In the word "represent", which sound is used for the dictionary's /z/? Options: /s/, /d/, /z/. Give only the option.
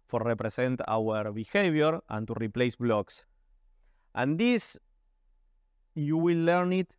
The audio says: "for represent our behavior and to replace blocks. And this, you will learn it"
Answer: /s/